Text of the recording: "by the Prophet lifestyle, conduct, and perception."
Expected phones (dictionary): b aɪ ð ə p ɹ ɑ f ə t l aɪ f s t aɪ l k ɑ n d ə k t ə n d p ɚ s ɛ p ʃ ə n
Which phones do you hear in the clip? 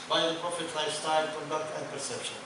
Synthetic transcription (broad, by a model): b aɪ ð ə p ɹ ɑ f ə t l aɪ s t aɪ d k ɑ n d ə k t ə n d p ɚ s ɛ p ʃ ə n